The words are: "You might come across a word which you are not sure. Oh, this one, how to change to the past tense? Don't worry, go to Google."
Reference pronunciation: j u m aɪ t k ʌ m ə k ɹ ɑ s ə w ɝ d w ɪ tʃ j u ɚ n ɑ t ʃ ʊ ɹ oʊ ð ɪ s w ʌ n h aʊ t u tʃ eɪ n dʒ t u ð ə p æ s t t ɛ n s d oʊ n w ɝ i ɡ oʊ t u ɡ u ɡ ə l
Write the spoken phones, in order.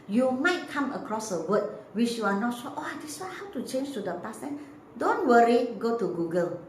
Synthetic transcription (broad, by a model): j u m aɪ t k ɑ m ə k ɹ ɑ s ə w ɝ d w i tʃ j u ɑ n ɑ t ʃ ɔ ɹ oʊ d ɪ s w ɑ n h aʊ t u tʃ eɪ n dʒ t u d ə p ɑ s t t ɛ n d oʊ n w ɝ i ɡ oʊ t u ɡ u ɡ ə l